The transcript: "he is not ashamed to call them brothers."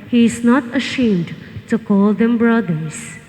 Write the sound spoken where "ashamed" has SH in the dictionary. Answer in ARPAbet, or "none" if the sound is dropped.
SH